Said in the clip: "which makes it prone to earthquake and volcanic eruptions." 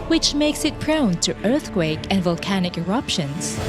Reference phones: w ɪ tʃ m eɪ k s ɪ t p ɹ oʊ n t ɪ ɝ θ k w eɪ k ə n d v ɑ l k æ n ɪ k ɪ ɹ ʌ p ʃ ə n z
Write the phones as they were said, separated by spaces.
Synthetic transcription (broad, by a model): w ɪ tʃ m eɪ k s ɪ t p ɹ oʊ n t ɪ ɝ θ k w eɪ k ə n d v ɑ l k æ n ɪ k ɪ ɹ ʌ p ʃ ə n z